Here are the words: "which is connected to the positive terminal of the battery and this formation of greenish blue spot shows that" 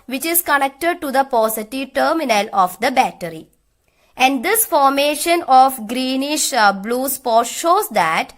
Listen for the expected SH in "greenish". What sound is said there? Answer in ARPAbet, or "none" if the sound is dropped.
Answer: SH